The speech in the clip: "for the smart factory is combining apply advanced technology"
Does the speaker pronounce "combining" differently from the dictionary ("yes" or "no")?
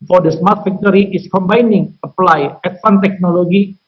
no